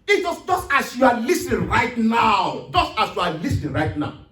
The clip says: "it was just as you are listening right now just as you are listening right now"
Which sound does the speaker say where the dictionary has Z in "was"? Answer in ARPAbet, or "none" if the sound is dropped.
S